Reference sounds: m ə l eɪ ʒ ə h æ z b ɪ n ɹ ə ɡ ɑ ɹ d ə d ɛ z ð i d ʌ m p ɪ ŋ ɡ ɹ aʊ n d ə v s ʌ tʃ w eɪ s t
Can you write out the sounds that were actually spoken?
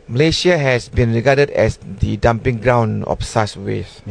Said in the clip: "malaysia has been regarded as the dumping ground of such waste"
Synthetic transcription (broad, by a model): m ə l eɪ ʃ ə h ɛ s b ɪ n ɹ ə ɡ ɑ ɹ d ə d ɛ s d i d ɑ m p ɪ ŋ ɡ ɹ aʊ n ə f s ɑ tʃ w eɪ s